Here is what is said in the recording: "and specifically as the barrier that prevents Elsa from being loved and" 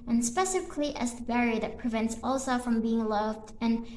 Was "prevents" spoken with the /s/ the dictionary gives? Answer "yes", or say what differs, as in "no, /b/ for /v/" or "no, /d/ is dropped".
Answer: yes